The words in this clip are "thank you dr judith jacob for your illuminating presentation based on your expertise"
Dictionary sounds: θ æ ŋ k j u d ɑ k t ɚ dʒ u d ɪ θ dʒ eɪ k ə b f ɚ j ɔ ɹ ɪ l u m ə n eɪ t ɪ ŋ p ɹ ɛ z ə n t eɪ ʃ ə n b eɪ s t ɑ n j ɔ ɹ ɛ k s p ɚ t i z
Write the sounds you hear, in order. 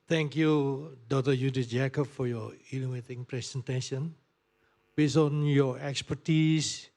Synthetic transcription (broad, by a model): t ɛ ŋ k j u d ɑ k t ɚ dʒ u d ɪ s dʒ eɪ k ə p f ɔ j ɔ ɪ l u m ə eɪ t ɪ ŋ p ɹ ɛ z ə n t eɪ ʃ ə n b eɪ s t ɑ n j ɔ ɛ k s p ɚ t i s